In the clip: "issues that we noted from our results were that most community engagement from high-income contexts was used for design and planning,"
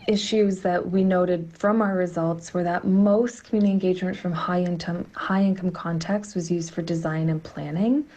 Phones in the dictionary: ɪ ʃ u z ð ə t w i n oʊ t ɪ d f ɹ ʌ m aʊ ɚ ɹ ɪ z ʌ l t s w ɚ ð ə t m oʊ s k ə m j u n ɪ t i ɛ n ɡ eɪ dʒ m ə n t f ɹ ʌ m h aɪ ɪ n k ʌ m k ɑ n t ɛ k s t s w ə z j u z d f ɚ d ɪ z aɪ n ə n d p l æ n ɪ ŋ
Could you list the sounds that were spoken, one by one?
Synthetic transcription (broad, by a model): ɪ ʃ u z ð ə t w i n oʊ t ɪ d f ɹ ʌ m aʊ ɚ ɹ ɪ z ʌ l t s w ɚ ð ə t m oʊ s k ə m j u n ɪ t i ɛ n ɡ eɪ dʒ m ə n t f ɹ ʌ m h aɪ ɪ n k ʌ m k ɑ n t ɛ k s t w ə z j u z d f ɚ d ɪ z aɪ n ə n p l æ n ɪ ŋ